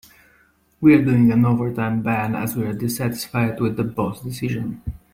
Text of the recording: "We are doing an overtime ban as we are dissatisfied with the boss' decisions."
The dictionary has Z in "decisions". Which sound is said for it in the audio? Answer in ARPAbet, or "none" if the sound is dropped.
none